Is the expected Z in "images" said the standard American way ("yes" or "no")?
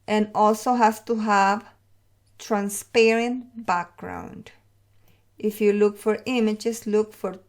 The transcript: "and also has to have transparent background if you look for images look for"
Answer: no